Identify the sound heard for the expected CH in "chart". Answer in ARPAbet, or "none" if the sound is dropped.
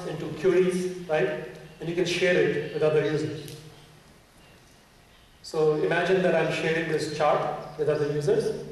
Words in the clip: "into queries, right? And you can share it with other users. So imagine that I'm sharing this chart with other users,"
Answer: CH